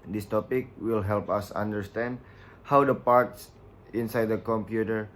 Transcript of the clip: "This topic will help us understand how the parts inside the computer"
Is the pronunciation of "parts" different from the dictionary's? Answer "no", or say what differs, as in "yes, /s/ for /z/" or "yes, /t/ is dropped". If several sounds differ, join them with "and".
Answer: no